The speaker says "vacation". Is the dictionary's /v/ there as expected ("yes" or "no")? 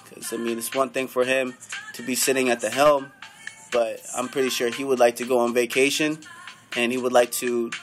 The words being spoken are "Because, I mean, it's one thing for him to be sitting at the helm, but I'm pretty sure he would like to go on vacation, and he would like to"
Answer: yes